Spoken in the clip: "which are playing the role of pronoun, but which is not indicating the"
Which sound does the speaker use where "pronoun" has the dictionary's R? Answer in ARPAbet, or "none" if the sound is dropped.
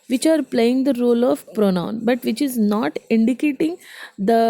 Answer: R